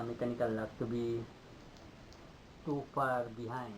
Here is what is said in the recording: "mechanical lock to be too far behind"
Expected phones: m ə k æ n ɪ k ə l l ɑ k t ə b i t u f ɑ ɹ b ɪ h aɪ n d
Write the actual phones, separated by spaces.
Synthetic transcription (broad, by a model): m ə k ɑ n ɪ k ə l l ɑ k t b i t u p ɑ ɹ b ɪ h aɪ